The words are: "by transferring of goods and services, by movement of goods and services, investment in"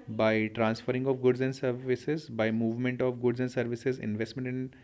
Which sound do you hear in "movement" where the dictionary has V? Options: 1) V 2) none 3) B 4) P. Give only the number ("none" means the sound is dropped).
1